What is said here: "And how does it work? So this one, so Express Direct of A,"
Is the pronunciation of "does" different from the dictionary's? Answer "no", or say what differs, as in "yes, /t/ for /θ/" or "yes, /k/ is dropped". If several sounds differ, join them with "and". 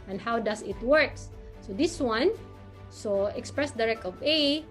yes, /s/ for /z/